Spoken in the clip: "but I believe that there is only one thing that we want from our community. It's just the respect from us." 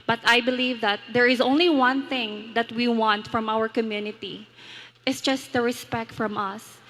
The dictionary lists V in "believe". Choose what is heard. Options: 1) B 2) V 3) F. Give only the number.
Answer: 2